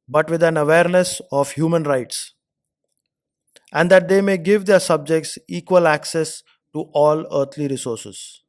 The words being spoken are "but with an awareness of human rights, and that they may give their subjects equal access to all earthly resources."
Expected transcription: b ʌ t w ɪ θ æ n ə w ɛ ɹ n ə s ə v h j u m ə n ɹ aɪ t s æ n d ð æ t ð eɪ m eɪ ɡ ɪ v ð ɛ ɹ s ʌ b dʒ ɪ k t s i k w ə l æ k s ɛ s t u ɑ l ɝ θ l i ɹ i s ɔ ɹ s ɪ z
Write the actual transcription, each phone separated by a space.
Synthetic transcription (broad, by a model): b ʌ t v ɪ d æ n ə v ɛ ɹ n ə s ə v h j u m ə n ɹ aɪ t s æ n d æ t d eɪ m eɪ ɡ ɪ v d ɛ ɹ s ʌ b dʒ ɪ k t s i k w ə l æ k s ɛ s t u ɑ l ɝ t l i ɹ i s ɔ ɹ s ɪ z